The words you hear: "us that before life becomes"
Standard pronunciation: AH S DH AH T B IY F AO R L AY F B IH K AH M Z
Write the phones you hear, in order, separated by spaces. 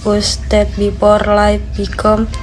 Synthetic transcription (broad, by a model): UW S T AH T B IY P AO R L AY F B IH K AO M